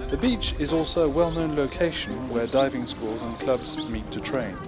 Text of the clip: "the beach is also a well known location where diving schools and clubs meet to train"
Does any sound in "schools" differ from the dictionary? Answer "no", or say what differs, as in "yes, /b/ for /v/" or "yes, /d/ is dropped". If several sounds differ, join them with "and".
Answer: no